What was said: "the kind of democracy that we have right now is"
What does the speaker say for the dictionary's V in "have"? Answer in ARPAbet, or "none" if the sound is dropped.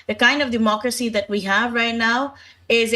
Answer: V